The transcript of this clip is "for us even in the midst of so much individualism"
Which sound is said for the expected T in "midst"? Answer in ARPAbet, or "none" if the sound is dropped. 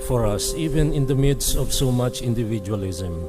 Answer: none